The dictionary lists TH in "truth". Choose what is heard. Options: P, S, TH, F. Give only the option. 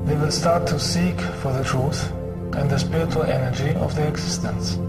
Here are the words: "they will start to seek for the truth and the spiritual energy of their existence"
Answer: TH